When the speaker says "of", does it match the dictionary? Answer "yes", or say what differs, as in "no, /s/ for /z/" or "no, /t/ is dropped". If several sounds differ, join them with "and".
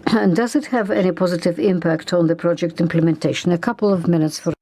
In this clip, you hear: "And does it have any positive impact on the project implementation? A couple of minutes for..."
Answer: yes